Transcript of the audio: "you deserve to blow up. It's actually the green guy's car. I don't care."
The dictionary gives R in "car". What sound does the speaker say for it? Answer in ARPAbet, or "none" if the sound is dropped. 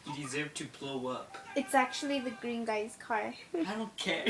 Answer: R